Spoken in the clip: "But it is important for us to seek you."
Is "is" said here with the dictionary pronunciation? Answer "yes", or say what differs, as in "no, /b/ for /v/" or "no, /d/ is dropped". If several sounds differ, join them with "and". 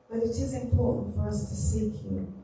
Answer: yes